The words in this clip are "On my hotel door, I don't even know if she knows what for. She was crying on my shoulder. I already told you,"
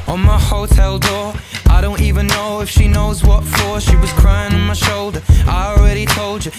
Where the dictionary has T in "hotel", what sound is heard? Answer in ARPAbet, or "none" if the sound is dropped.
T